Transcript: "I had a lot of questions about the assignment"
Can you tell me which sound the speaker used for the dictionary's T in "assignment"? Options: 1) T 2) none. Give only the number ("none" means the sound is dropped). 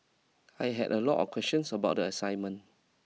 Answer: 2